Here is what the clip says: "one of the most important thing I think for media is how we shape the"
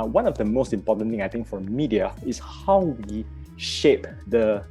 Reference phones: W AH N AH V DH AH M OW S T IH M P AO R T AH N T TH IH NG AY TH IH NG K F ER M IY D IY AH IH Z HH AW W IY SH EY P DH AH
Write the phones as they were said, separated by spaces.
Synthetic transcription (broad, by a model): W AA N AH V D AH M OW S T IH M P AO T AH N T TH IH NG AY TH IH NG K F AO M IY D IY AH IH S HH AW W IY SH EY P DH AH